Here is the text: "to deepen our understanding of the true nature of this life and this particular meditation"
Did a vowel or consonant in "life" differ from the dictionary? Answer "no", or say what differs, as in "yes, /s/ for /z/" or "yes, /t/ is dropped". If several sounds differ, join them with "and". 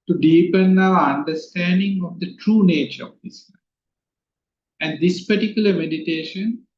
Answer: yes, /f/ is dropped